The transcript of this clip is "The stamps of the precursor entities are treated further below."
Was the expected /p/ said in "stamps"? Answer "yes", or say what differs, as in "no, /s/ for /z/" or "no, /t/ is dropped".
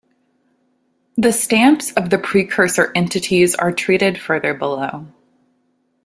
yes